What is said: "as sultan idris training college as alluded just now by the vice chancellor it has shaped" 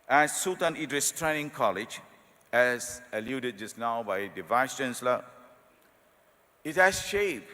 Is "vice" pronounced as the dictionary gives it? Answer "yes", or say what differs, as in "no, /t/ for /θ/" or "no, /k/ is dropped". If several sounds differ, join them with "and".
yes